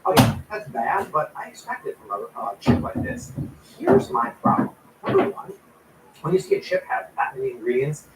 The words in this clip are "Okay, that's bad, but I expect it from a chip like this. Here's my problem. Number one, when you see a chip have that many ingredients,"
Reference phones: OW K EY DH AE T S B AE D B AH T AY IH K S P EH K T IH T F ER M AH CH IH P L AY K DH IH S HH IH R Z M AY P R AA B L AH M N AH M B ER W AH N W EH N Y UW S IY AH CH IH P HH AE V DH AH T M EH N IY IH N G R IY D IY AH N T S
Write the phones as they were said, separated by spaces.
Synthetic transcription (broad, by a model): OW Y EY DH AE T S B AE D B AH T AY IH K S P EH K T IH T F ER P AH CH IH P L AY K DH IH S HH IH R Z M AY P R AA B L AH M N AH M B ER W AH N W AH N Y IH S IY AH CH IH P HH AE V DH AH T M EH N IY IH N G R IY D IY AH N T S